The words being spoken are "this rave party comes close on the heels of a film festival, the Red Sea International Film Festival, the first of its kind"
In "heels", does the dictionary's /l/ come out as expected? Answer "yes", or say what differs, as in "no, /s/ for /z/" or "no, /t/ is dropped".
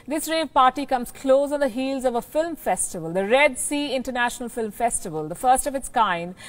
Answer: yes